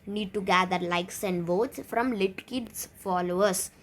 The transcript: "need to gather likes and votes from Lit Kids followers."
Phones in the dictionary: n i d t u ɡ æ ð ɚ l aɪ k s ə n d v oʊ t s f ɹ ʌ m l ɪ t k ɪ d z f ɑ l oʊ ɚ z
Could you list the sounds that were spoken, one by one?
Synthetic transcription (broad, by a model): n i d t u ɡ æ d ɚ l aɪ k s ə n d v oʊ t s f ɹ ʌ m l ɪ t k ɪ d s f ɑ l oʊ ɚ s